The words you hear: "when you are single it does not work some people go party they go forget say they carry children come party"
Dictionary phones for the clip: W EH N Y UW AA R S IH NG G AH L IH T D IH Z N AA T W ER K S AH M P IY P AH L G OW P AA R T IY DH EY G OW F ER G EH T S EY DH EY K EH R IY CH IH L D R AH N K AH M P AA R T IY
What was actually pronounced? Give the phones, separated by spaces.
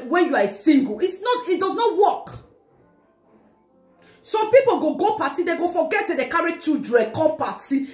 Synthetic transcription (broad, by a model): W EH N Y UW AA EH S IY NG G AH N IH T D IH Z N AA T W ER K S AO M P IY P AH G G OW P AA T IY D EY G OW F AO G EH T S EY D EY K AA R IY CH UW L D R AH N K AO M P AA T IY